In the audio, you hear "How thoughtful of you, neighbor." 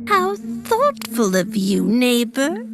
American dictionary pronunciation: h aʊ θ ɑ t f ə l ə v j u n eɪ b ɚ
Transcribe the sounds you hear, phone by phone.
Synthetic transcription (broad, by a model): h aʊ θ ɑ t f ə l ə v j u n eɪ b ɚ